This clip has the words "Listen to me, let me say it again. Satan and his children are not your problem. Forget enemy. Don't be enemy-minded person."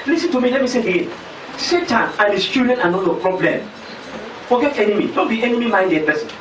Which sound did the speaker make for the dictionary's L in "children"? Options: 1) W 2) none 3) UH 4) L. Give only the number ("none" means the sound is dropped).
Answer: 2